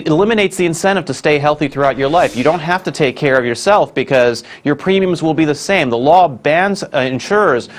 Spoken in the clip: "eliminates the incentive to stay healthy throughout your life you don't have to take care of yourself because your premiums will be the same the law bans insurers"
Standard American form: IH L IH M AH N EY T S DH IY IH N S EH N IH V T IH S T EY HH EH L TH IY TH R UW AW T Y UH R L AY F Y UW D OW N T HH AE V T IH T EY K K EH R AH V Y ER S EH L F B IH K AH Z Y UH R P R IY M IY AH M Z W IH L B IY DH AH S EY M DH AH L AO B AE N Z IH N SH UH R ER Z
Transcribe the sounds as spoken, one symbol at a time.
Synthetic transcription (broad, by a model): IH L IH M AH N EY T S DH IY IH N S EH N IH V T IH S T EY HH EH L TH IY TH R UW AW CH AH R L AY F Y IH D OW N T HH AE F T IH T EY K K EH R AH V Y ER S EH L F B IH K AH Z Y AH R P R IY M IY AH M Z W IH L B IY DH AH S EY M DH AH L AO B AE N Z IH N SH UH R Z